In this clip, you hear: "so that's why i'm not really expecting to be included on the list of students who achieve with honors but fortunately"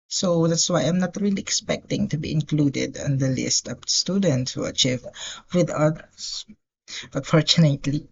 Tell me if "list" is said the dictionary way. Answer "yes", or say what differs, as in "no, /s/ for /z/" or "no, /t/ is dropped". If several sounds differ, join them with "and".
yes